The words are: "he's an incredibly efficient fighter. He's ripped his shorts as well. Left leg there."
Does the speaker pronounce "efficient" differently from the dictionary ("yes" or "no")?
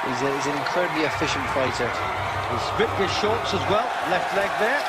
no